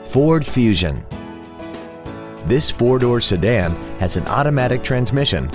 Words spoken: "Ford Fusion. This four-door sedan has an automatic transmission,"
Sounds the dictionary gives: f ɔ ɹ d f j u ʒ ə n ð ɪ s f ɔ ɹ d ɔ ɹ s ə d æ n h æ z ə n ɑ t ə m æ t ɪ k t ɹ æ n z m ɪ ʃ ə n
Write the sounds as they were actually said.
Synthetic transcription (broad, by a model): f ɔ ɹ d f j u ʒ ə n ð ɪ s f ɔ ɹ d ɔ ɹ s ə d æ n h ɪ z n ɑ t ə m æ t ɪ k t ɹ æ n z m ɪ ʃ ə n